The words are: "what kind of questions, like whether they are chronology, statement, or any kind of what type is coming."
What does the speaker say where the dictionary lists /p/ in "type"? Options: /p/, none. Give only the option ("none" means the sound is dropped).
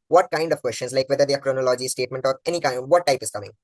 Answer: /p/